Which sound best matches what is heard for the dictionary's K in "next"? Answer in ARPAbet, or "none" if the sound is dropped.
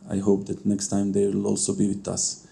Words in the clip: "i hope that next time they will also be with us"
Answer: K